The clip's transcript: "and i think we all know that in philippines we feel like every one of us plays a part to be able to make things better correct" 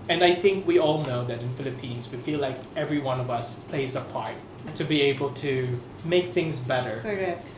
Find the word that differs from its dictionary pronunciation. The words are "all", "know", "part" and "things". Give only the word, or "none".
none